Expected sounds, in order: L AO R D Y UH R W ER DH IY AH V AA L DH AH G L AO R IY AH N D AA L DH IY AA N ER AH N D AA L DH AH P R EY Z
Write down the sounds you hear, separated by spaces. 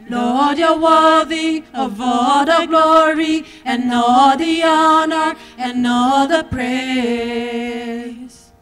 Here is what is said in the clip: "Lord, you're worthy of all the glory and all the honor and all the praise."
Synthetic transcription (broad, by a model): L AO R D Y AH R W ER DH IY AH V AA L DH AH G L AO R IY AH N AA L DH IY AA N ER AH N AA L DH AH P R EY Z